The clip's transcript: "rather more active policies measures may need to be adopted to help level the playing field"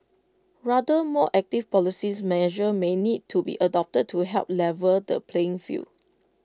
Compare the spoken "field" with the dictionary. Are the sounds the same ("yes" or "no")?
no